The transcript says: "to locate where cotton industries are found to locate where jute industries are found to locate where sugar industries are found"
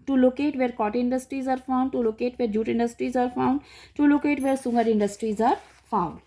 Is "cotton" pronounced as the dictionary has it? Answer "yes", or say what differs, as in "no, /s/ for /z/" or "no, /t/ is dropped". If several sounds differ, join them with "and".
no, /n/ is dropped